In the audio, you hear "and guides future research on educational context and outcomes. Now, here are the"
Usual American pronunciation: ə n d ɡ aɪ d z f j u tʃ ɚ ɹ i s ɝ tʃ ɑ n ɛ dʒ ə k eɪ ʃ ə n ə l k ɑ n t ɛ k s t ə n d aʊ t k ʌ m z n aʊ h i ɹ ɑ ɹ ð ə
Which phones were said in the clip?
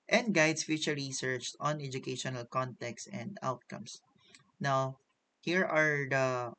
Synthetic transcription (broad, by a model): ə n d ɡ aɪ d s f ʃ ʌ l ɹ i s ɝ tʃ ɑ n ɛ dʒ ə k eɪ ʃ ə n ə l k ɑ n t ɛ k s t ə n d aʊ t k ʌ m s n aʊ h i ɹ ɑ ɹ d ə